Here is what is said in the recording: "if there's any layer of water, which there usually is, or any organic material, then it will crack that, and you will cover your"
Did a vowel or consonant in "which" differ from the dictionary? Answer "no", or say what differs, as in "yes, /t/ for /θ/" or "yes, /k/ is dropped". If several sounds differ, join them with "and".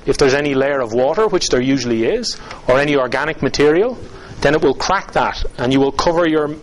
no